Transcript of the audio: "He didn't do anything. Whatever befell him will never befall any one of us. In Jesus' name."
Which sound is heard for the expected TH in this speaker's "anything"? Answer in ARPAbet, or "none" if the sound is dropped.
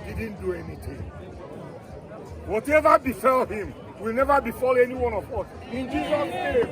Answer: T